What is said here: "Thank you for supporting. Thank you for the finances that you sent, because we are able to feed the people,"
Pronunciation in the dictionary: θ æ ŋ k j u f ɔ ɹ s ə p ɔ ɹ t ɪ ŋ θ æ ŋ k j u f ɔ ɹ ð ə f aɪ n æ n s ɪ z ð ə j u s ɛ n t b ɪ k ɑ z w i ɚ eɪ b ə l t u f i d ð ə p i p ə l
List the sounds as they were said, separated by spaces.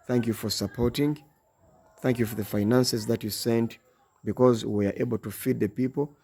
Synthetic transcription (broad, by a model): θ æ ŋ k j u f ɔ ɹ s ə p ɔ ɹ t ɪ ŋ θ æ ŋ k j u f ɔ ɹ ð ə f aɪ n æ n s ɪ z ð ə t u s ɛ n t b ɪ k ɑ z w i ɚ eɪ b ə l t u f i d ð ə p i p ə l